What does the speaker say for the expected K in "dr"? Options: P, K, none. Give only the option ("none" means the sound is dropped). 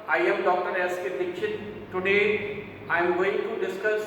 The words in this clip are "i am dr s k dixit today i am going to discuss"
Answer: K